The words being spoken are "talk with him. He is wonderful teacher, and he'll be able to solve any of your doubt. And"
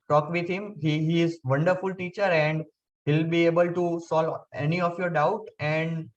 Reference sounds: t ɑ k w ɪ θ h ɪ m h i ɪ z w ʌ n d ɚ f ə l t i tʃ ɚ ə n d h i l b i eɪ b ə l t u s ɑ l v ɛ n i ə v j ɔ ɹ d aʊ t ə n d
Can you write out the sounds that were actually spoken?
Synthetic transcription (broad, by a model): t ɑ k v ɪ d h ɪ m h i ɪ z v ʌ n d ɚ f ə l t i tʃ ɚ ə n d h i l b i eɪ b ə l t u s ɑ l ɛ n i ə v j ɔ ɹ d aʊ t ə n d